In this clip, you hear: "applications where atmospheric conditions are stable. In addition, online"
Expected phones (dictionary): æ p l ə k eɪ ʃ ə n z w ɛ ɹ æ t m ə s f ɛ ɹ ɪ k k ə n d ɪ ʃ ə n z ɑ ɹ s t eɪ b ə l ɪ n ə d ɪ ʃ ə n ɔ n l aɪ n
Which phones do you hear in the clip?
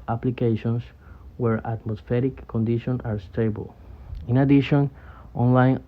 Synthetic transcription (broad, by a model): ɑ p l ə k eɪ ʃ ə n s w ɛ ɹ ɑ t m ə s f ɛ ɹ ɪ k k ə n d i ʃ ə n ɑ ɹ s t eɪ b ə l ɪ n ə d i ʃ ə n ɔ n l aɪ n